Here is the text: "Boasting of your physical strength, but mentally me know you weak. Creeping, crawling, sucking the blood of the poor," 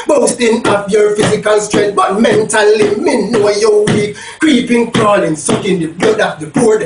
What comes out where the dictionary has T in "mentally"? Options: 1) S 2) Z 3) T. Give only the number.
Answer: 3